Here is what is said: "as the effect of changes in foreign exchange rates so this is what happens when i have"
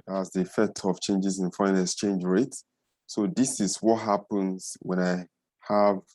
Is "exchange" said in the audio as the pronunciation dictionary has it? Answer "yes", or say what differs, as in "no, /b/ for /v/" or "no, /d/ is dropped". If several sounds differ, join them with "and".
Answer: no, /k/ is dropped